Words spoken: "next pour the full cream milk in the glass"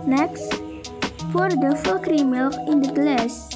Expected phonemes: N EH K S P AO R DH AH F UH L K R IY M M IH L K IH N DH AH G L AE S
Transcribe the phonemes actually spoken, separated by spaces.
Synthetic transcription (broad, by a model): N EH K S F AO R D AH F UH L K R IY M M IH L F IH N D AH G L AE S